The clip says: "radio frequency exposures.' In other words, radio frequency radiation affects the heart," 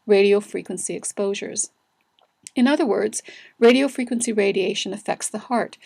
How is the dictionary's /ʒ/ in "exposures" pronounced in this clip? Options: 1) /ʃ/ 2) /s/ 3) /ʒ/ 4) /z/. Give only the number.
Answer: 3